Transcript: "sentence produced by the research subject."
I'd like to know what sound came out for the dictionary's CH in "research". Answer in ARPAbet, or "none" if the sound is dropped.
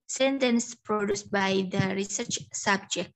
CH